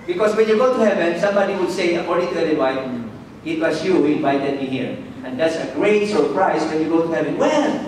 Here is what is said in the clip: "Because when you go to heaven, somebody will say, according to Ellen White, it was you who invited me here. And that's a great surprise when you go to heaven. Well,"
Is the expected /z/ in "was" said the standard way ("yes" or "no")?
no